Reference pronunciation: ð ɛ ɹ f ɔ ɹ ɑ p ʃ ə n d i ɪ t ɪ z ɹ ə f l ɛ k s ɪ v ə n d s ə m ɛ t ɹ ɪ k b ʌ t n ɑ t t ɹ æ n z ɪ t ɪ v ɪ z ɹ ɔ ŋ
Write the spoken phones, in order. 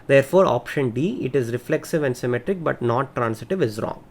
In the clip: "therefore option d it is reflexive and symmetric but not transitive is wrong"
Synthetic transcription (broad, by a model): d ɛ ɹ f ɔ ɹ ɑ p ʃ ə n d i ɪ t ɪ z ɹ ə f l ɛ k s ɪ v ə n d s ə m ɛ t ɹ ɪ k b ʌ t n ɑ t t ɹ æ n s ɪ t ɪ v ɪ z ɹ ɔ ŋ